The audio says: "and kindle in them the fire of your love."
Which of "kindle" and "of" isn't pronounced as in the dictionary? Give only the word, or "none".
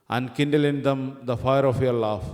of